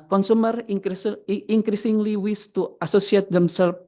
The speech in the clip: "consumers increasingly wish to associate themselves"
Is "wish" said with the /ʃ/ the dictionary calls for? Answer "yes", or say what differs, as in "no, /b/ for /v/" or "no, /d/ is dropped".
no, /s/ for /ʃ/